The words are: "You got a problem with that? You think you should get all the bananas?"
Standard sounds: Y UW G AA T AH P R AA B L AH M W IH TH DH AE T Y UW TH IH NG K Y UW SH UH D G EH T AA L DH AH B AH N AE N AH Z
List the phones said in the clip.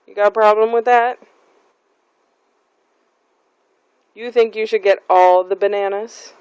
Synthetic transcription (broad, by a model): Y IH G AA T AH P R AA B L AH M W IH DH AE T Y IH TH IH NG K Y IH SH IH D G EH T AA L DH AH B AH N AE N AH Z